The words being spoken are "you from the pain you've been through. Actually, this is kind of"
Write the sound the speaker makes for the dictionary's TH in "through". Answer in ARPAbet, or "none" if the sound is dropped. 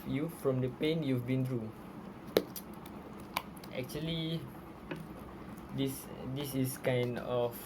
T